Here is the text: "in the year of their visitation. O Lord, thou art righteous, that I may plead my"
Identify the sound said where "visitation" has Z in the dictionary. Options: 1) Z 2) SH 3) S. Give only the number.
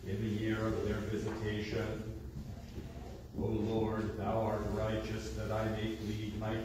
1